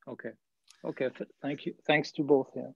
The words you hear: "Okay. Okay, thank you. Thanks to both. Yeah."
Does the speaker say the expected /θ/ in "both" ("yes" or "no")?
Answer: yes